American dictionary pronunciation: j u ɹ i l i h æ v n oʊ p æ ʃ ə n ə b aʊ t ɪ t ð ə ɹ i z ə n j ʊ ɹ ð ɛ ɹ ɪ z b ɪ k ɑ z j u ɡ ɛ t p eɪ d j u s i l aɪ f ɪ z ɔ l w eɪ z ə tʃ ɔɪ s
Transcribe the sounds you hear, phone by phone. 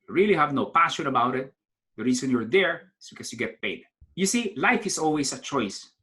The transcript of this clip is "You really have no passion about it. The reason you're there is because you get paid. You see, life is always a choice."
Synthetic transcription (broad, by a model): j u ɹ i l i h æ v n oʊ p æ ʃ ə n ə b aʊ t ɪ t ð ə ɹ i s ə n j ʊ ɹ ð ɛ ɹ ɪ s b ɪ k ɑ s j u ɡ ɛ t p eɪ d j u s i l aɪ f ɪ s ɔ l w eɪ s ə tʃ ɔɪ s